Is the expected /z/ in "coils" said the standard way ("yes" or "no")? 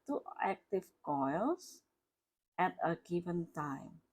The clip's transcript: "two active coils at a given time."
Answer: no